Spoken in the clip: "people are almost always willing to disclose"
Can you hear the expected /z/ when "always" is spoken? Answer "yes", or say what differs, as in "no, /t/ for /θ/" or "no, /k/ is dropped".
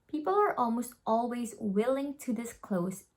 yes